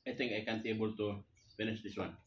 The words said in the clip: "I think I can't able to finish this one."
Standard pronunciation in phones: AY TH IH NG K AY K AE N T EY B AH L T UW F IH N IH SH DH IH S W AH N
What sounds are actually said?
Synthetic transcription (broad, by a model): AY T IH NG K AY K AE N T EY B AH L T UW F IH N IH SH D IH S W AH N